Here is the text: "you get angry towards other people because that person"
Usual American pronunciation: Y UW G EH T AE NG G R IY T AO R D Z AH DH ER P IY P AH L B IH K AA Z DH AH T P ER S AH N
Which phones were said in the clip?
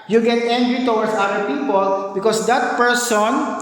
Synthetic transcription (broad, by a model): Y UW G EH T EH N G R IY T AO W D S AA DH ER P IY P AH L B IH K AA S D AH T P ER S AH N